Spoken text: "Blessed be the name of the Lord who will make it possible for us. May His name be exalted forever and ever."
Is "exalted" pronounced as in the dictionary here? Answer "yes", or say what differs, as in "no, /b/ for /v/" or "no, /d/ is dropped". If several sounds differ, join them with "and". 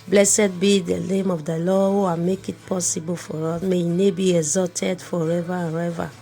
no, /l/ is dropped